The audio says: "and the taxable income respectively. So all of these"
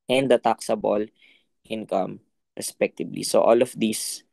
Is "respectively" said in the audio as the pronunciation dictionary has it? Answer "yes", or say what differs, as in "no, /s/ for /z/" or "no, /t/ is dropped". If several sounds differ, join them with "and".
no, /b/ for /v/